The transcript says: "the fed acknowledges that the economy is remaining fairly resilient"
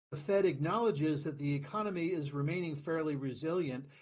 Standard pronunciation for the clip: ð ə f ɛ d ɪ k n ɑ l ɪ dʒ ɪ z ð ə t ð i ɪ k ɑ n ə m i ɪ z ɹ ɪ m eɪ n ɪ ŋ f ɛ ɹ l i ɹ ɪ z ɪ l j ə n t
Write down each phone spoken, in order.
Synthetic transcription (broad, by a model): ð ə f ɛ d ɪ k n ɑ l ɪ dʒ ɪ z ð ə t ð i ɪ k ɑ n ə m i ɪ z ɹ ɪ m eɪ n ɪ ŋ f ɛ ɹ l i ɹ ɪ z ɪ l j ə n t